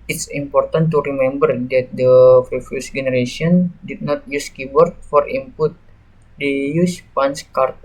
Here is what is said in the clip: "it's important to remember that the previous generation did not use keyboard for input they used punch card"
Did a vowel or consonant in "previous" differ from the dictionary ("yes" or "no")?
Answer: yes